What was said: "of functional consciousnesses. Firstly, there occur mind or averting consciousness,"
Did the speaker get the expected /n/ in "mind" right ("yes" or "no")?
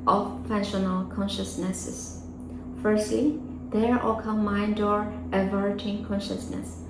yes